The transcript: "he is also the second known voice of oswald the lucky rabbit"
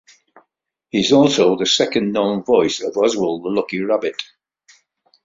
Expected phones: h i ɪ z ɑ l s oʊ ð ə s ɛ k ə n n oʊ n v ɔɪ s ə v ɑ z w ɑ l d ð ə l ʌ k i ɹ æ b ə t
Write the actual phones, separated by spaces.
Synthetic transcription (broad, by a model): h i ɪ z ɑ l s oʊ ð ə s ɛ k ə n n oʊ n v ɔɪ s ə v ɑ z w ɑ l ð ə l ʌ k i ɹ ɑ b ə t